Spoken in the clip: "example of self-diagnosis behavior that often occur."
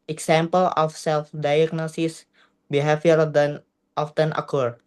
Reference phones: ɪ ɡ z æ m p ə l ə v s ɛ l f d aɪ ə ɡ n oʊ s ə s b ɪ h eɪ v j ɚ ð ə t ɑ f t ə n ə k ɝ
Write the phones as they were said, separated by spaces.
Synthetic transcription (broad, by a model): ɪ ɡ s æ m p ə l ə f s ɛ l f d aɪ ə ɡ n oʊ s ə s b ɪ h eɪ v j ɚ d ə t ɑ f t ə n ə k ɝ